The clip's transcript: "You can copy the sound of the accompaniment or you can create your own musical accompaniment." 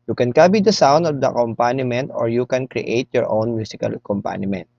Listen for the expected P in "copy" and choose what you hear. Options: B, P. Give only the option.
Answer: B